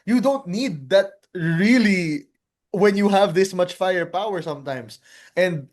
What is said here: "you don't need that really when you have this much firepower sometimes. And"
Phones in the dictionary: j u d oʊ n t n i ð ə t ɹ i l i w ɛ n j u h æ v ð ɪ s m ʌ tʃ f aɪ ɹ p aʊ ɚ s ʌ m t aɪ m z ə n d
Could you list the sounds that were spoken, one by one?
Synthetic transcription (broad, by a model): j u d oʊ n t n i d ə t ɹ i l i w ɛ n j u h æ v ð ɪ s m ʌ tʃ f aɪ ɹ p aʊ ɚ s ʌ m t aɪ m s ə n d